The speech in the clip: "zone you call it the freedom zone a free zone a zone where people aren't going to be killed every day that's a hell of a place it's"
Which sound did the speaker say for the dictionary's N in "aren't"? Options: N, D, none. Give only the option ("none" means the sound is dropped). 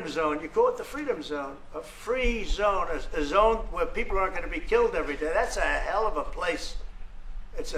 none